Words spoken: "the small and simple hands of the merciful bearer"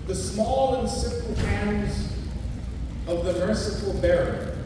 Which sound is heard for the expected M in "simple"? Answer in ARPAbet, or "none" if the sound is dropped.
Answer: none